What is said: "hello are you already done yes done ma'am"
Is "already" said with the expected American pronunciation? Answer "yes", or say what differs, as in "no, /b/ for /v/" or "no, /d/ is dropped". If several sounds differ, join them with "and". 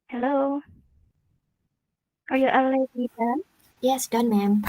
no, /ɹ/ is dropped